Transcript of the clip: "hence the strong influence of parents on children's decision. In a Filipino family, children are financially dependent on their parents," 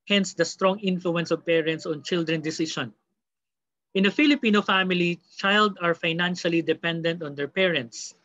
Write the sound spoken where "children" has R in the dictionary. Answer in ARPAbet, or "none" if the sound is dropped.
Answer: none